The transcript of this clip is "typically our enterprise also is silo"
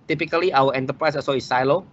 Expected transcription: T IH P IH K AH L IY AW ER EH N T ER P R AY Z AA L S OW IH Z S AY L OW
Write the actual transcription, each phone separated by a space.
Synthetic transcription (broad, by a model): T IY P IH K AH L IY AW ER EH N T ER P R AY S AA S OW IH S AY L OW